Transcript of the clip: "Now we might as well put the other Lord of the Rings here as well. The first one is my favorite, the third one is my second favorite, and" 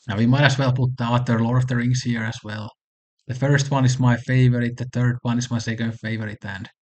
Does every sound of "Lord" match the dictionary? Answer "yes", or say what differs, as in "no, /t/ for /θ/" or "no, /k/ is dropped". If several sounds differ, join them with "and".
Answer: no, /d/ is dropped